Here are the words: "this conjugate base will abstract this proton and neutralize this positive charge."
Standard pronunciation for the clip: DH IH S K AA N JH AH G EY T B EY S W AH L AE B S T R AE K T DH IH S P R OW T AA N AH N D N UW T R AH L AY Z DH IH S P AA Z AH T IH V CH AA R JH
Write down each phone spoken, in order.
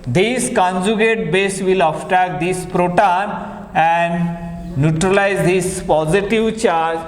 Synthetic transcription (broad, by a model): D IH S K AA N JH AH G EY T B EY S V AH L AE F T AE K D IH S P R OW T AA N AH N D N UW T R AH L AY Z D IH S P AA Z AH T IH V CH AA R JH